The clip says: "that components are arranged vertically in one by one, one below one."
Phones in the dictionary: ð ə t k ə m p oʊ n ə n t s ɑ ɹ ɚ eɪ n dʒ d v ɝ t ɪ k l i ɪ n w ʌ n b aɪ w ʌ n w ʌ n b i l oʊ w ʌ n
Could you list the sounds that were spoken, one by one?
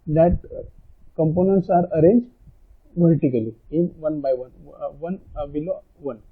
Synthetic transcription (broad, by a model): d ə t k ə m p oʊ n ə n t s ɑ ɹ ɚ eɪ n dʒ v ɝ t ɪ k l i ɪ n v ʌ n b aɪ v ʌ n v ʌ n b i l oʊ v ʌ n